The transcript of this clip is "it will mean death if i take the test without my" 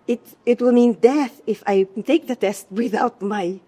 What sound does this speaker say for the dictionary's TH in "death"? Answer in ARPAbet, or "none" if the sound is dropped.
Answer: TH